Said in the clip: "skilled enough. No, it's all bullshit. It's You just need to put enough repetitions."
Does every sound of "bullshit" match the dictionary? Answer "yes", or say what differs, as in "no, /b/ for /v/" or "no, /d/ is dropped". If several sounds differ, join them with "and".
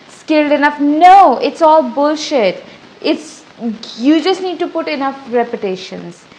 yes